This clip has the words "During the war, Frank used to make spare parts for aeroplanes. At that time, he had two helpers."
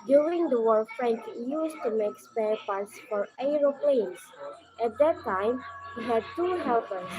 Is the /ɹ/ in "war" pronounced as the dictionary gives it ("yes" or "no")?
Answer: no